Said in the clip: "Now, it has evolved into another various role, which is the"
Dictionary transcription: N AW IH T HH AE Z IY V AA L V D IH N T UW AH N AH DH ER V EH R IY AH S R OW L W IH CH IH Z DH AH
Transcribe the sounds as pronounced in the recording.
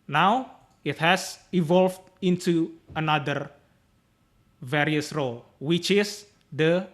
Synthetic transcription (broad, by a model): N AW IH T HH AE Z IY V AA L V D IH N T UW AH N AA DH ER V EH R IY AH S R OW L W IH CH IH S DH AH